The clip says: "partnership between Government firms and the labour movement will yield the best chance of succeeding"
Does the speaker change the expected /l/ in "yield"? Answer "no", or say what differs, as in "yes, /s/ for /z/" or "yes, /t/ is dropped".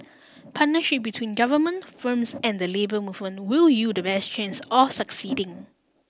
yes, /l/ is dropped